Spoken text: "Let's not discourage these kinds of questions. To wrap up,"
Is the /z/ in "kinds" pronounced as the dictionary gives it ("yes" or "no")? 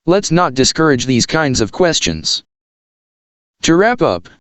yes